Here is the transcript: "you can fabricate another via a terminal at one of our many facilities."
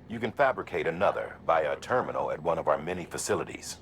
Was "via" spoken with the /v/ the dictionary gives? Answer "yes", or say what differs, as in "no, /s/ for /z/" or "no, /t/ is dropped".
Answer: no, /b/ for /v/